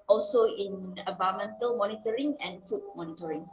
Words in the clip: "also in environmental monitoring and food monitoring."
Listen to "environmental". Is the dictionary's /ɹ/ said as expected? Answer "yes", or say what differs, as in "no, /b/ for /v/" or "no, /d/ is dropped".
no, /ɹ/ is dropped